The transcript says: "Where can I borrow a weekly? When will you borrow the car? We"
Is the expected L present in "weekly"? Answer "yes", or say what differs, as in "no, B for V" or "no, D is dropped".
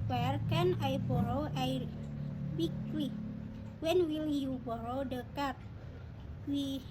no, W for L